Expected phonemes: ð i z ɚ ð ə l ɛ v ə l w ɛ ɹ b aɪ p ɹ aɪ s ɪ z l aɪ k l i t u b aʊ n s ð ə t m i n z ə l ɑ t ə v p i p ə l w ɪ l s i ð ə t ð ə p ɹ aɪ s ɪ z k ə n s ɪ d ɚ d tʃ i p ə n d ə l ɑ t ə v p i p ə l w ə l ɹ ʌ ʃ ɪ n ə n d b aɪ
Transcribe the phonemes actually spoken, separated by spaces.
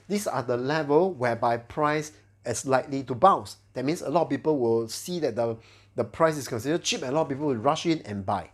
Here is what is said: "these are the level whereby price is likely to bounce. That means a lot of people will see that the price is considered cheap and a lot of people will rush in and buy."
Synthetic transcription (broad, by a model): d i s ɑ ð ə l ɛ v ə l w ɛ b aɪ p ɹ aɪ s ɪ s l aɪ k l i t u b aʊ s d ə t m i n s ə l ɑ t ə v p i p ə l w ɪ l s i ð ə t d ə p ɹ aɪ s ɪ s k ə n s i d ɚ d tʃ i p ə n ə l ɑ t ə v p i p ə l w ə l ɹ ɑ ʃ ɪ n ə n b aɪ